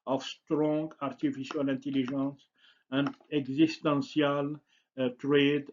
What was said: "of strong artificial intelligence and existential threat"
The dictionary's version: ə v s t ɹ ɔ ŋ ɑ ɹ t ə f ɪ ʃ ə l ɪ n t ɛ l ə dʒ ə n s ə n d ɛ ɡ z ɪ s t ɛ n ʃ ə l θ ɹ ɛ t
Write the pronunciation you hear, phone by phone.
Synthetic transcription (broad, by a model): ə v s t ɹ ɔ ŋ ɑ ɹ t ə f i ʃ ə l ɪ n t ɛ l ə ʒ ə n s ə n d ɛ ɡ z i s t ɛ n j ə l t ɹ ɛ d